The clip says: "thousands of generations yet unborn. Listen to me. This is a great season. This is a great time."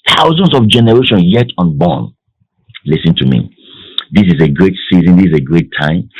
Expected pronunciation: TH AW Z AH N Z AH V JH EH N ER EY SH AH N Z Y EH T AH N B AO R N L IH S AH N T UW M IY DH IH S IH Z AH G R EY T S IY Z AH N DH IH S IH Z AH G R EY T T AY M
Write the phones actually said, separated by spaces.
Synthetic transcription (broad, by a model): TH AW Z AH N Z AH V JH EH N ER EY SH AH N Y EH T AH N B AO N L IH S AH N T UW M IY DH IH S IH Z AH G R EY T S IY Z AH N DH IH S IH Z AH G R EY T T AY M